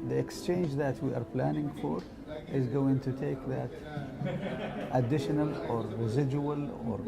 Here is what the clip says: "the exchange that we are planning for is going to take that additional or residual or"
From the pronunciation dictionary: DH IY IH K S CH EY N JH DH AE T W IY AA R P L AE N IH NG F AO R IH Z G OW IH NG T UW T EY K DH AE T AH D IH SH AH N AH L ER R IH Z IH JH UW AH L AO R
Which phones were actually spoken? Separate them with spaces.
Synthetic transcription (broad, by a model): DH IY IH K S CH EY N JH DH AE T W IY AA R P L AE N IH NG F AO R IH Z G OW IH NG T UW T EY K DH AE T AH D IH SH AH N AH L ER R IH Z IH JH UW AH L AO R